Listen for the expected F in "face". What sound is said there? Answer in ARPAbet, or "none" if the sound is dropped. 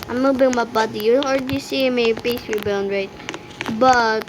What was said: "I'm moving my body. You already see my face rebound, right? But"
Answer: P